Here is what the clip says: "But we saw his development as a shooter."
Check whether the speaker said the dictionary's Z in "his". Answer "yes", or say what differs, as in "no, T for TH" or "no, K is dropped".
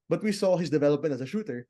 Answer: no, S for Z